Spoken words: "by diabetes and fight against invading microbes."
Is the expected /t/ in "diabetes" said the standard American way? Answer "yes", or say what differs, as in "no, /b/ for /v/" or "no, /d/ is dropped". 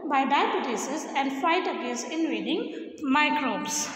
no, /s/ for /t/